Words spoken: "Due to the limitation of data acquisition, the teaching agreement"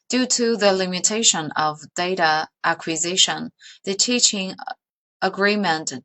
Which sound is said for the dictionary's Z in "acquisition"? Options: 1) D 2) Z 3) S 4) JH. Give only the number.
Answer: 2